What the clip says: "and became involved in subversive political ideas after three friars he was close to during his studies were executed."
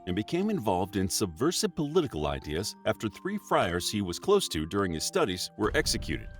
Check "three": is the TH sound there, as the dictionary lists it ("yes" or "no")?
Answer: yes